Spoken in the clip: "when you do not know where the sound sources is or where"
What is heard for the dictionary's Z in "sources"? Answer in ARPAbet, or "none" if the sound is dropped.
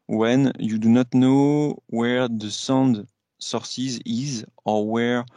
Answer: Z